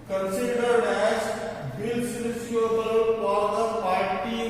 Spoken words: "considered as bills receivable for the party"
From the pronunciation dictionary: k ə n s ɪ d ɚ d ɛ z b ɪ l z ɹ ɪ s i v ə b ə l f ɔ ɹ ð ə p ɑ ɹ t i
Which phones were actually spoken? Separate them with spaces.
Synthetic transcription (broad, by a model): k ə n s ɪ d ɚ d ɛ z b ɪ l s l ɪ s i ə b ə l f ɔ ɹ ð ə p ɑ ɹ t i